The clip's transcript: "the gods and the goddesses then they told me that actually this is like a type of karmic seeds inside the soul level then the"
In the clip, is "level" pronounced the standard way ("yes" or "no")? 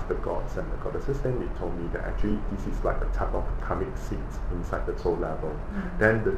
yes